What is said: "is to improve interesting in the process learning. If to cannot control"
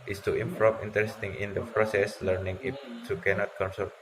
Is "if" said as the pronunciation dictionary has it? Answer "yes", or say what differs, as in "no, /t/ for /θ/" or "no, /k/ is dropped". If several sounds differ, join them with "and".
no, /p/ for /f/